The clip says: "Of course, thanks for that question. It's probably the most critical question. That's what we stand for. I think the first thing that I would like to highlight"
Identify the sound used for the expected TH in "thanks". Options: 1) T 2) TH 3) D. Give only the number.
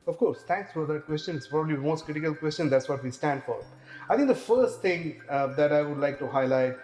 1